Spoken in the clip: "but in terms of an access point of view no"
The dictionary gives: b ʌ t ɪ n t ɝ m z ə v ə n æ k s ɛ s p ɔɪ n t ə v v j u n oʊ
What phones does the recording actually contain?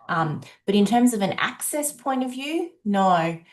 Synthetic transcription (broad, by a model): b ʌ t ɪ n t ɝ m z ə v ə n æ k s ɛ s p ɔɪ n t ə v v j u n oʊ